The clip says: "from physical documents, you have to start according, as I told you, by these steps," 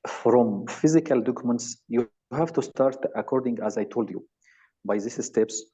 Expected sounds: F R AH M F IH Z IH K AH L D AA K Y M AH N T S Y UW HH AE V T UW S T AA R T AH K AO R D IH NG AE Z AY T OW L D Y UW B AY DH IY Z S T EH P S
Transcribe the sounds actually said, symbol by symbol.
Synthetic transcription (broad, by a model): F R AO M F IH Z IH K AH L D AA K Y M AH N T S Y UW HH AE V T UW S T AA R T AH K AO R D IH NG AE Z AY T OW L D Y UW B AY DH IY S S T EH P S